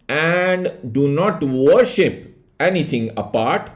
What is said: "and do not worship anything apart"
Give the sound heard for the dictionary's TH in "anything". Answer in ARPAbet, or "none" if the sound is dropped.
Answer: T